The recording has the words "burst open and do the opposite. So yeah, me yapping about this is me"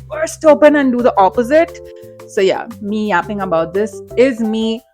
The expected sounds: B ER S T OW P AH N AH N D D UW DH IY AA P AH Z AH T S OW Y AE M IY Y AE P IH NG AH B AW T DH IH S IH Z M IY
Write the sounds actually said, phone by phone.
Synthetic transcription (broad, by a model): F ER S T OW P AH N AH N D D UW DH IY AA P AH Z AH T S OW Y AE M IY Y AE P IH NG AH B AW T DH IH S IH Z M IY